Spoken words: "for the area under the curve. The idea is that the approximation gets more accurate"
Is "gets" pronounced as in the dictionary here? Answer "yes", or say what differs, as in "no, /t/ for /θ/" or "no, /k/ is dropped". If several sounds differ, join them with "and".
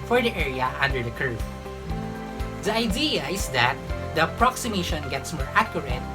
yes